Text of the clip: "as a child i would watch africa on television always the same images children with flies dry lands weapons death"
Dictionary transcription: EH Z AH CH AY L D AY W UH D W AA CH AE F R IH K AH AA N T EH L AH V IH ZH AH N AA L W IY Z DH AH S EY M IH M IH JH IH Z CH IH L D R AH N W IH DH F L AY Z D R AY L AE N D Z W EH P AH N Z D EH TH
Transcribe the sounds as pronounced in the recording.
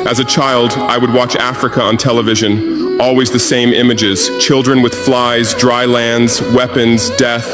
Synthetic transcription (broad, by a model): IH Z AH CH AY L D AY W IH D W AA CH AE F R IH K AH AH N T EH L AH V IH ZH AH N AA L W IY Z DH AH S EY M IH M IH JH IH Z CH IH L D R AH N W IH DH F L AY Z D R AY L AE N D Z W EH P AH N Z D EH TH